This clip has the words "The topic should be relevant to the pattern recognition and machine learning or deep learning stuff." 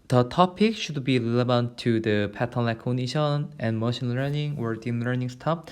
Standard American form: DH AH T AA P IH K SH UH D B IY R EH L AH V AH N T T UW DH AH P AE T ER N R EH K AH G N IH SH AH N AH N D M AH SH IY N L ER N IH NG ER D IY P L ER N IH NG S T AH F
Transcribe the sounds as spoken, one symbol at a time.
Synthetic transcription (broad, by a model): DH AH T AA P IH K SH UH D B IY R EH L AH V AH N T T UW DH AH P AE T ER N L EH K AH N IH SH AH N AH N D M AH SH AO N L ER N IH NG ER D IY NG L ER N IH NG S T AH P